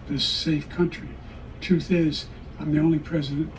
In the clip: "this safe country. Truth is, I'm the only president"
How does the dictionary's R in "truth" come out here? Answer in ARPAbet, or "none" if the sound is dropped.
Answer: none